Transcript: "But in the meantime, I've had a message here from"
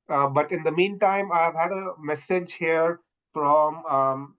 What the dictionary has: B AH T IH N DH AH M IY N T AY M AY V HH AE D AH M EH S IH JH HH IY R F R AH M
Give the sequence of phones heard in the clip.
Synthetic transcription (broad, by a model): B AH T IH N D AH M IY N T AY M AY V HH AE D AH M EH S IH JH HH IY R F R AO M